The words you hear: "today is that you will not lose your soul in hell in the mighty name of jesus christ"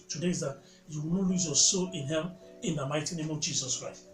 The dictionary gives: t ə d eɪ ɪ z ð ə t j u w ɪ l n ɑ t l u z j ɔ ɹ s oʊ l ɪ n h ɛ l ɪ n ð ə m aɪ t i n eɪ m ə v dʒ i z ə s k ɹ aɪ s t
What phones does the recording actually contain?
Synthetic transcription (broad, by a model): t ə d eɪ ɪ z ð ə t j u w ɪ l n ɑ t l u z j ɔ s oʊ l ɪ n h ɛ n ɪ n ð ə m aɪ t i n eɪ m ə v dʒ i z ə s k ɹ aɪ s t